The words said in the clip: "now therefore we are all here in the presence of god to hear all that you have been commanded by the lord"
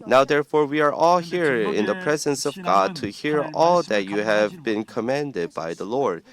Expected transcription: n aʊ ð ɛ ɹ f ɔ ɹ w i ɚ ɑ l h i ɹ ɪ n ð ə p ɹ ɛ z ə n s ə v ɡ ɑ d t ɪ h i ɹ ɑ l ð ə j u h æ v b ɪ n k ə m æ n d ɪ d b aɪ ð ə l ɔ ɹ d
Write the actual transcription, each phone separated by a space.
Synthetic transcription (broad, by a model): n aʊ ð ɛ ɹ f ɔ ɹ w i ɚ ɑ l h i ɹ ɪ n ð ə p ɹ ɛ z ə n s ə v ɡ ɑ d t ɪ h i ɹ ɑ l ð ə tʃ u h æ v b ɪ n k ə m æ n d ɪ d b aɪ ð ə l ɔ ɹ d